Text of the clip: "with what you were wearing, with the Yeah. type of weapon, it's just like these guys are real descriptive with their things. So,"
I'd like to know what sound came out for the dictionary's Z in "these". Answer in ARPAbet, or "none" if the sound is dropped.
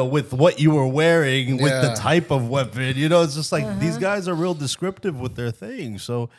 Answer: Z